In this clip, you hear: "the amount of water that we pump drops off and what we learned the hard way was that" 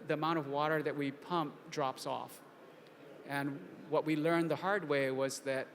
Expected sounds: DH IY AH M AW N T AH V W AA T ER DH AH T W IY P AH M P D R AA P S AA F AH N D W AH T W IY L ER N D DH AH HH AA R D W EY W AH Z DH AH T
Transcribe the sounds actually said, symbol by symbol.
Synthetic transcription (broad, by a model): DH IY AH M AW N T AH V W AA T ER DH AH T W IY P AH M P D R AA P S AA F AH N W AH T W IY L ER N DH AH HH AA R D W EY W AH Z DH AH T